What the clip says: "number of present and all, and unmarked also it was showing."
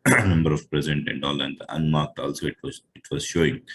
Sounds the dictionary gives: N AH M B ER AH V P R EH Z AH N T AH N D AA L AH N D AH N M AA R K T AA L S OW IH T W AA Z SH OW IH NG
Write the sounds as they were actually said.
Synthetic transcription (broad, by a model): N AH M B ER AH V P R EH Z AH N T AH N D AA L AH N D AH N M AA R K T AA L S OW IH T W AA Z SH OW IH NG